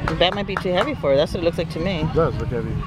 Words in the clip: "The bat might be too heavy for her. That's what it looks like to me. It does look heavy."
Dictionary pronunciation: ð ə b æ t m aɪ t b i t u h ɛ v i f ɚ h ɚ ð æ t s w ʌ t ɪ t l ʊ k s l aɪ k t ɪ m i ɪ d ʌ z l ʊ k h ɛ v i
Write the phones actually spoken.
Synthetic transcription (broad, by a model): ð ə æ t m aɪ t b i t u h ɛ v i f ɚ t ð æ t s w ʌ t ɪ t l ʊ k s l aɪ k t ɪ m i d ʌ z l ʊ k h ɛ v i